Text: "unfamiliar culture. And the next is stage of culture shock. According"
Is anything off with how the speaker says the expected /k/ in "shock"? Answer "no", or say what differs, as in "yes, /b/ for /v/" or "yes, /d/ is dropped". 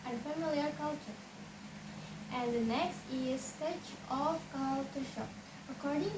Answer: yes, /k/ is dropped